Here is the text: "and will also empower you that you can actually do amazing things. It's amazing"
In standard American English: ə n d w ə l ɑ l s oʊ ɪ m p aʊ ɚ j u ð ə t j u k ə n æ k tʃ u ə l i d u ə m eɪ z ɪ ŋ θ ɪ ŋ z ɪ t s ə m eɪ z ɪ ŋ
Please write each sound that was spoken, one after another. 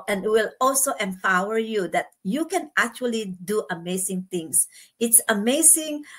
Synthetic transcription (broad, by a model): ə n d w ə l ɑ l s oʊ ɪ m p aʊ ɚ j u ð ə t j u k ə n æ k tʃ u ə l i d u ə m eɪ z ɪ ŋ t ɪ ŋ s ɪ t s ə m eɪ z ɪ ŋ